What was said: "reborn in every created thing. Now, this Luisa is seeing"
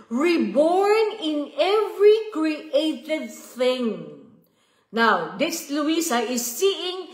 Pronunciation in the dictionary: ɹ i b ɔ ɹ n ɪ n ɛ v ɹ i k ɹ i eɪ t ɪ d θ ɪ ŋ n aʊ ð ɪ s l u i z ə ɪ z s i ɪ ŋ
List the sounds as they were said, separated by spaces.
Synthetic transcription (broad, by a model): ɹ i b ɔ ɹ n ɪ n ɛ v ɹ i k ɹ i eɪ t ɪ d θ ɪ ŋ n aʊ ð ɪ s l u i s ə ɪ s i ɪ ŋ